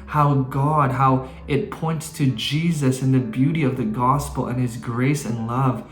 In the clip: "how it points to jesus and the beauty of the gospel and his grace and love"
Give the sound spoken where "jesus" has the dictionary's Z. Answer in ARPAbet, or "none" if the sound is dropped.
Z